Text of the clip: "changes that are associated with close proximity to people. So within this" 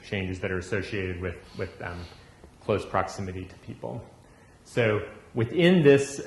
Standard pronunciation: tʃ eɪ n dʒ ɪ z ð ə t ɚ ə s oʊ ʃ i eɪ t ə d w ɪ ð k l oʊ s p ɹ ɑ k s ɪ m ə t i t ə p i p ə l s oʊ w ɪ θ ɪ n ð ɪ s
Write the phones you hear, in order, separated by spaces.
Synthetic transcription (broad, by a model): tʃ eɪ n dʒ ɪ z ð ə t ɚ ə s oʊ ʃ i eɪ t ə d w ɪ ð k l oʊ s p ɹ ɑ k s ɪ m ə t i t ə p i p l s oʊ w ɪ θ ɪ n ð ɪ s